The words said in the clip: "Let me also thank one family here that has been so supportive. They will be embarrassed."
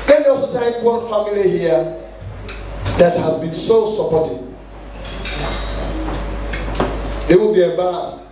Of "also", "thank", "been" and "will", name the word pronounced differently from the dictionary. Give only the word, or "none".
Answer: thank